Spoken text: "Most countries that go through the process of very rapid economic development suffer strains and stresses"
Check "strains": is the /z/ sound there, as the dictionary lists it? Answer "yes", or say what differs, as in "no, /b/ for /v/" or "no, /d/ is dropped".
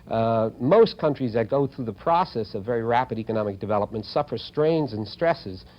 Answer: yes